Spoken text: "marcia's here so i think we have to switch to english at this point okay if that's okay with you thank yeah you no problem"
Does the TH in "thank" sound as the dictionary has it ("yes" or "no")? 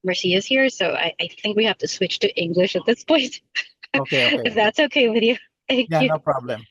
yes